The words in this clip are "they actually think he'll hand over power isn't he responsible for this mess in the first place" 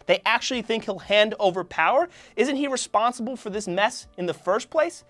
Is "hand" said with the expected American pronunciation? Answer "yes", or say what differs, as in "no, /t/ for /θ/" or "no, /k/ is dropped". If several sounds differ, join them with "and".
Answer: yes